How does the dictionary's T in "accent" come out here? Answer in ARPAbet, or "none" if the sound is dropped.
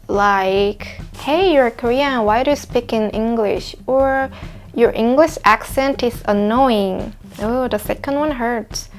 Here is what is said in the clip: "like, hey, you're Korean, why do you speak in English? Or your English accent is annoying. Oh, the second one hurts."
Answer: T